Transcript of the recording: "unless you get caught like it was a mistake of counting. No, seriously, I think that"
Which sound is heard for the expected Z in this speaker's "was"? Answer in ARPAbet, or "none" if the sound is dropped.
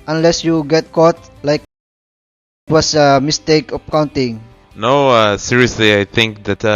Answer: S